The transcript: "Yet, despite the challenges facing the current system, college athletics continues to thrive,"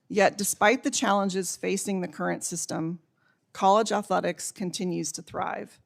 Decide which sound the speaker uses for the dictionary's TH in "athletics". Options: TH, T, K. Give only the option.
TH